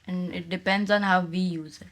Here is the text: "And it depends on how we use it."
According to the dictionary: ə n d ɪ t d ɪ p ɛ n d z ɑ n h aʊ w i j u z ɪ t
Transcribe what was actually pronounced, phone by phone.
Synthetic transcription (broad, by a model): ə n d ɪ t d ɪ p ɛ n d z ɑ n h aʊ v i j u z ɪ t